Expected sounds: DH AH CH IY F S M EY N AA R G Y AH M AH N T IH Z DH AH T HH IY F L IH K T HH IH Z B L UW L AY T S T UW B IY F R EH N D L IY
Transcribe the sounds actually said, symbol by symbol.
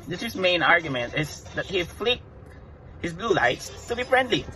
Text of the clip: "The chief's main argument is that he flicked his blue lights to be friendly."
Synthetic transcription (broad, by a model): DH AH S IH S M EY N AA R G Y AH M AH N T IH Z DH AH T HH IY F L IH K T HH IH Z B L UW L AY T S T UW B IY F R EH N D L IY